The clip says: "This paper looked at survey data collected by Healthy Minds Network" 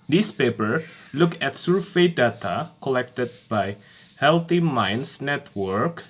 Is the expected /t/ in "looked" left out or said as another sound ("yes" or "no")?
yes